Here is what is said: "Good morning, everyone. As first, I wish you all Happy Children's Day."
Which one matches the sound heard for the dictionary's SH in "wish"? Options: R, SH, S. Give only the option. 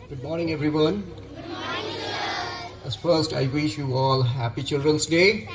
SH